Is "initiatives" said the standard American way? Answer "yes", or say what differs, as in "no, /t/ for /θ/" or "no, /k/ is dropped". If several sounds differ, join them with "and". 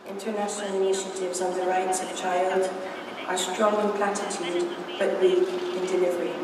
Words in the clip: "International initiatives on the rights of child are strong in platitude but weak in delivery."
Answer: yes